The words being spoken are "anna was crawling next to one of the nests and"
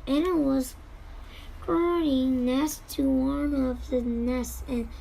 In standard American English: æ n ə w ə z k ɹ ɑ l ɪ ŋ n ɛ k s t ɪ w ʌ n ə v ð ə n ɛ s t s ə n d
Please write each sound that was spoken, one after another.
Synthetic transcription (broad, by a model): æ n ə w ə z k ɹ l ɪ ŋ n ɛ s t ɪ w ʌ n ə v ð ə n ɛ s s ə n